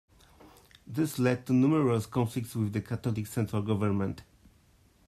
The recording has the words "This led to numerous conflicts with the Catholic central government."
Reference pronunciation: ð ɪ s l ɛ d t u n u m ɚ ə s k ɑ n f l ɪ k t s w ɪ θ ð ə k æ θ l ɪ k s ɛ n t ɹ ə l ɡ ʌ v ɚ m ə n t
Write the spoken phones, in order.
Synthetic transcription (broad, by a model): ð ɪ s l ɛ d t u n u m ɚ ə s k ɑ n f l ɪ k t s w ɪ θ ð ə k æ t l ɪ k s ɛ n t ɹ ə l ɡ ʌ v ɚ m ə n t